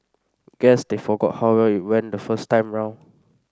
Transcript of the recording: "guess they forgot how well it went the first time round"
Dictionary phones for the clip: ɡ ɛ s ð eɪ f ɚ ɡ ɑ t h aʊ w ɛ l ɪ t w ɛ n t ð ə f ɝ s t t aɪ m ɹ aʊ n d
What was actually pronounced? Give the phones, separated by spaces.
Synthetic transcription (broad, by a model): ɡ ɛ s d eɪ f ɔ ɡ ɑ t h aʊ w ɛ l ɪ t w ɛ n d ə f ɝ s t t aɪ m ɹ aʊ n